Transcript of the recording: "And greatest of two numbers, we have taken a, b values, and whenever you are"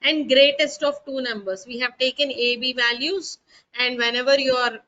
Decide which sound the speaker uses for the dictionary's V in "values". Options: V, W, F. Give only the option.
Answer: V